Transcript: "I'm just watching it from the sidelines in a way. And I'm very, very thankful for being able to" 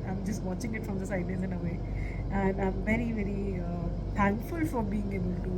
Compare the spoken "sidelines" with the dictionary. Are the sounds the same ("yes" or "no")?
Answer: no